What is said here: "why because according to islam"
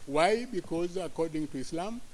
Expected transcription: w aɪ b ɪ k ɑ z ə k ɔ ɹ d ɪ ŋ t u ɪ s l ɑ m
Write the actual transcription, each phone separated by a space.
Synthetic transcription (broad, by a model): w aɪ b ɪ k ɑ z ə k ɔ ɹ d ɪ ŋ t u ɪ s l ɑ m